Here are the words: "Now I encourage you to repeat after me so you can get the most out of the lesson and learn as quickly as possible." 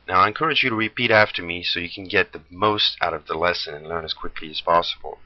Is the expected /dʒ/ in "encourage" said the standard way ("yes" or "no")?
yes